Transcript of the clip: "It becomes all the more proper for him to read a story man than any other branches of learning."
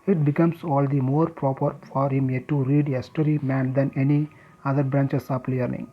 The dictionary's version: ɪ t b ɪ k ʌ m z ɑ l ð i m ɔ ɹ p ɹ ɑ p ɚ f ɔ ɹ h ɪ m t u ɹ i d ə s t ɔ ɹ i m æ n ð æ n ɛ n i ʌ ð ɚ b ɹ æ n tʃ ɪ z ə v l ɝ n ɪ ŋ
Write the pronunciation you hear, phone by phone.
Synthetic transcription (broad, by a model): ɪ t b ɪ k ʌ m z ɑ l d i m ɔ ɹ p ɹ ɑ p ɚ f ɔ ɹ h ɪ m t u ɹ i d ə s t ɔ ɹ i m æ n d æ n ɛ n i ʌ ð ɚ b ɹ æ n tʃ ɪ s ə p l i n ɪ ŋ